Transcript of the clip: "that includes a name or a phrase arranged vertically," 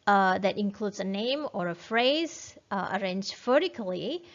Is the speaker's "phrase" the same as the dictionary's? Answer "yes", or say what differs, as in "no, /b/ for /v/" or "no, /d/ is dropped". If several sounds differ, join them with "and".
yes